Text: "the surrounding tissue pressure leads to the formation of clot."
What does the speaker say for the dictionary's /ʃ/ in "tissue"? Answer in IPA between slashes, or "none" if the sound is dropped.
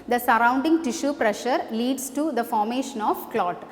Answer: /ʃ/